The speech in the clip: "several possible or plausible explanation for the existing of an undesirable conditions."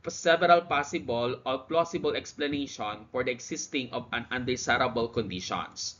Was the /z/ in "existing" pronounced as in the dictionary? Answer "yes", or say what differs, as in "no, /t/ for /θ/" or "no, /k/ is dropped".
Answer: no, /s/ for /z/